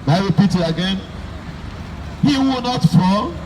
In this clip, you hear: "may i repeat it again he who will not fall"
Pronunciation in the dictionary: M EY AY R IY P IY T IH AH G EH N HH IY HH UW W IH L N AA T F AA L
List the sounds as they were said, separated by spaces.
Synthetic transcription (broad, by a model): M AY R IY P IY T IH AH G EH N HH IY W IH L N AA T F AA